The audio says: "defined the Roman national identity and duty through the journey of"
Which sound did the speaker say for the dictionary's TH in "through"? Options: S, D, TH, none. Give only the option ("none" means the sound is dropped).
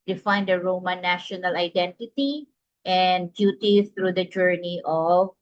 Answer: S